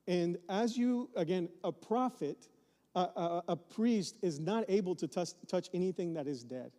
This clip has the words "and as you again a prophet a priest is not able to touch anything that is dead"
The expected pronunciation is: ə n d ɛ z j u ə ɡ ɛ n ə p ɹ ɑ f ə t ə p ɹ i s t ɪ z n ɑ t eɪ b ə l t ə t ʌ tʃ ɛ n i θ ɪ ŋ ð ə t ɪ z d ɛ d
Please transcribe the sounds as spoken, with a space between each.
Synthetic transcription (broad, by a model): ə n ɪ z j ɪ ə ɡ ɛ n ə p ɹ ɑ f ə t ə p ɹ i s t ɪ z n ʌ t eɪ b l t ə t ʌ tʃ ɛ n i θ ɪ ŋ ð ə t ɪ z d ɛ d